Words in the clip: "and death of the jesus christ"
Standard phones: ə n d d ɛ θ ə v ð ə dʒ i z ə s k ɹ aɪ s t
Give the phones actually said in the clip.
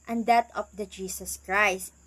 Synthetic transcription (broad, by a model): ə n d d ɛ t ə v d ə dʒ i s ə s k ɹ aɪ s t